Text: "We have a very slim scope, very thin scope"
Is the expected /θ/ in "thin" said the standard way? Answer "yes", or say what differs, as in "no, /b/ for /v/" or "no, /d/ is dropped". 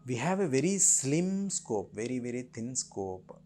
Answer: no, /t/ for /θ/